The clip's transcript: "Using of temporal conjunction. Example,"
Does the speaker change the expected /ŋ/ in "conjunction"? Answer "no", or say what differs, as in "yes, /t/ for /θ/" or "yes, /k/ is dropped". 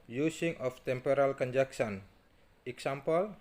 yes, /ŋ/ is dropped